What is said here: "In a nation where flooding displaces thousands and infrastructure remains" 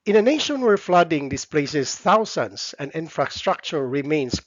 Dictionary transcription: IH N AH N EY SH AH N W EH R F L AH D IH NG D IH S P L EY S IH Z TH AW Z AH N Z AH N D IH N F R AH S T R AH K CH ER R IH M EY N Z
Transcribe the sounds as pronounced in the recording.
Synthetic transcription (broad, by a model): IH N AH N EY SH AH N W EH R F L AH D IH NG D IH S P L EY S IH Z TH AW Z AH N S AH N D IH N F R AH S T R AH K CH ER R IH M EY N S